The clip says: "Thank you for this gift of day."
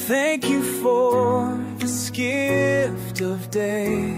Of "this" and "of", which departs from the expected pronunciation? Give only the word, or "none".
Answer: none